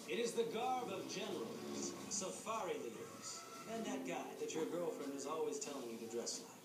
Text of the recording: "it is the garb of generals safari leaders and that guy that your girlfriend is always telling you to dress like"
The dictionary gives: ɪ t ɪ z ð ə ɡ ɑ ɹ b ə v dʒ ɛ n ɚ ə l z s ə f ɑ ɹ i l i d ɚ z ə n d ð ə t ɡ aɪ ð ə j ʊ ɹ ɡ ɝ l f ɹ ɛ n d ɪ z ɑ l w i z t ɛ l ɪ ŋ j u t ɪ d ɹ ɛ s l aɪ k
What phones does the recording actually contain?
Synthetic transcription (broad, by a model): ɪ t ɪ z ð ə ɡ ɑ ɹ b ə v dʒ ɛ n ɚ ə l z s ə f ɑ ɹ i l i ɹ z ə n ð ə t ɡ aɪ ð ə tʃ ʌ ɹ ɡ ɝ l f ɹ ɛ n d ɪ z ɑ l w i z t ɛ l ɪ ŋ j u t ɪ d ɹ ɛ s l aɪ